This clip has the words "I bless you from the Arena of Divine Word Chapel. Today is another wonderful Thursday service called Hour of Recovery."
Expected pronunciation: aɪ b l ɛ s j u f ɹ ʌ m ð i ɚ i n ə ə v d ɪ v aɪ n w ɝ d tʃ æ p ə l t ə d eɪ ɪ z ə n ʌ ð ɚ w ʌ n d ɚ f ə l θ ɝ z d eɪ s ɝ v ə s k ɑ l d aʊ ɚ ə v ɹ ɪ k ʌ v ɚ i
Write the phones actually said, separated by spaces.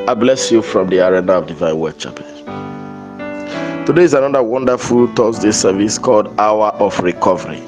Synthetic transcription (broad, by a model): aɪ b l ɛ s j u f ɹ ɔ m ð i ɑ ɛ n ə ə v d ɪ v aɪ n w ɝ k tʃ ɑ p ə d t ə d eɪ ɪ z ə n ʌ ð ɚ w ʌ n d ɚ f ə l t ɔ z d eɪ s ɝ v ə s k ɑ l d aʊ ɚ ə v ɹ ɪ k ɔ v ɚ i